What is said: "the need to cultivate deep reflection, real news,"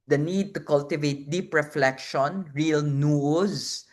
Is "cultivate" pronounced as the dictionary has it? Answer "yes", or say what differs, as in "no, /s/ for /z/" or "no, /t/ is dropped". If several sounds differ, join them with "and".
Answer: yes